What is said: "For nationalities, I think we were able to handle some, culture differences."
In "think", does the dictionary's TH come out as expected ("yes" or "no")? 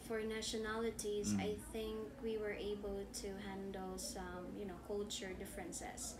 yes